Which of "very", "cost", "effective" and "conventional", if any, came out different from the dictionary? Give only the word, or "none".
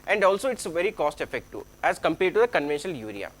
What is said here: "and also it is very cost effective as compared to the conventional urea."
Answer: effective